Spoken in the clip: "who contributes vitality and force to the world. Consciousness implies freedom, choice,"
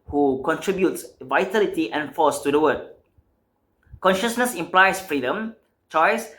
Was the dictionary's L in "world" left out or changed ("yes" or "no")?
yes